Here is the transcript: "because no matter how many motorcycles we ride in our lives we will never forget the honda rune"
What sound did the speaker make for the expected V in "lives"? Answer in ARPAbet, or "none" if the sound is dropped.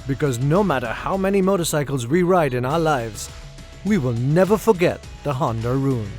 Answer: V